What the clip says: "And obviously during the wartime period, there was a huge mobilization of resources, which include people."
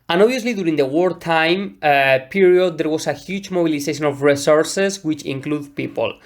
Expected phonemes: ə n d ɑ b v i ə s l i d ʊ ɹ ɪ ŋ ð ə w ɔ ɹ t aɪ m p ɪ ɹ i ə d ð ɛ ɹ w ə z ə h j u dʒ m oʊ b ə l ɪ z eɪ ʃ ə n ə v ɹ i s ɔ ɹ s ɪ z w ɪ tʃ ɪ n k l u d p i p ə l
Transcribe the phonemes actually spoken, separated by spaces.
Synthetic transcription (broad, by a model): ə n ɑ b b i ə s l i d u ɹ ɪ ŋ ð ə w ɔ ɹ t aɪ m p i ɹ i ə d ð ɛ ɹ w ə s ə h j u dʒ m oʊ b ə l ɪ s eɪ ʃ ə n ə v ɹ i s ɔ ɹ s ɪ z w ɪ tʃ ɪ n k l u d p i p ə l